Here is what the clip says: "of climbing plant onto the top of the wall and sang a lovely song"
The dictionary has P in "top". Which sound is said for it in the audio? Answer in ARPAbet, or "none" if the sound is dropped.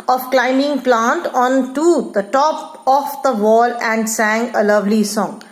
P